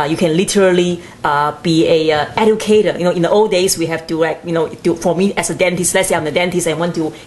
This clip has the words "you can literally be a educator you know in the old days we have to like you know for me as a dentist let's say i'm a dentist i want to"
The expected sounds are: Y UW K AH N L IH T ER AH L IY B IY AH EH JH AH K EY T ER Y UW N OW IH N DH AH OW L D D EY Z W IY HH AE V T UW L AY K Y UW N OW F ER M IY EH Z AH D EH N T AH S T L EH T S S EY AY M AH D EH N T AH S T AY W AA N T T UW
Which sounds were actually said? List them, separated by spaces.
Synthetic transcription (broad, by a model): Y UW K AH N L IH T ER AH L IY B IY AH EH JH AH K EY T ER Y UW N OW IH N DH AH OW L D D EY S W IY HH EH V T UW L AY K Y UW N OW F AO M IY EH S AH D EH N T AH S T L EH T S S EY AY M AH D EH N T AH S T AY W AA N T T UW